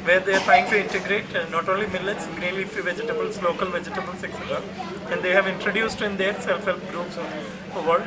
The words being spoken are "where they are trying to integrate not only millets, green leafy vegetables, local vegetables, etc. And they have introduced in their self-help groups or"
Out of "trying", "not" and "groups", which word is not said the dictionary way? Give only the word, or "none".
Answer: trying